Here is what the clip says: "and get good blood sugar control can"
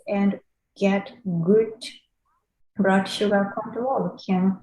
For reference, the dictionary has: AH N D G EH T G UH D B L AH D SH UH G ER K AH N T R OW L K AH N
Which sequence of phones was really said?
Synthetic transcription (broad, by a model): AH N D G EH T G UH D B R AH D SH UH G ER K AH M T OW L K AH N